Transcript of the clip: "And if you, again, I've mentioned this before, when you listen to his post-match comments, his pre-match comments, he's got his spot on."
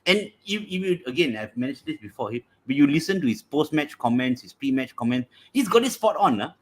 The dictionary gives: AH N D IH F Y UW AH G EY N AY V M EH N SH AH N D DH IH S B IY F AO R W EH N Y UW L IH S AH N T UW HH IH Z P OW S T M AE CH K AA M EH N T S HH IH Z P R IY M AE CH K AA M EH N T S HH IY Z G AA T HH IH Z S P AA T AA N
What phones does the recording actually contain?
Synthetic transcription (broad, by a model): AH N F IH F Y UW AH G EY N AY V M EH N AH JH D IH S B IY F AO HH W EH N Y UW L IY S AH N T UW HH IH S P OW S T M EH CH K AA M EH N T S HH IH S P R IY M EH CH K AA M EH N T S HH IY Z G AA T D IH S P AA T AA N